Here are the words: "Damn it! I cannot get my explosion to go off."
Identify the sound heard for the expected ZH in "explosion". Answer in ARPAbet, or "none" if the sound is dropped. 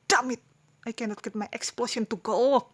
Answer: SH